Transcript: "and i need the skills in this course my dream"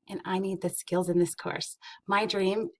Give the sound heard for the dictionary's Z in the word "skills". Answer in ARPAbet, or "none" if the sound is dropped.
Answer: Z